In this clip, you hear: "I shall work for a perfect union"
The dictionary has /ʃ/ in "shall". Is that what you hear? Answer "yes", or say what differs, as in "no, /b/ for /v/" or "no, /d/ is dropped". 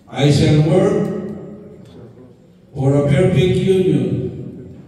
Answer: no, /s/ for /ʃ/